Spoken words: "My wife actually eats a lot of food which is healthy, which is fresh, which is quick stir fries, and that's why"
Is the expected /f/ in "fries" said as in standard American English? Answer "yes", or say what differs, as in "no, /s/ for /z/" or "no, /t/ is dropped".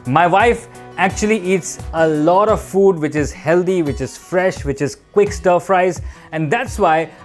yes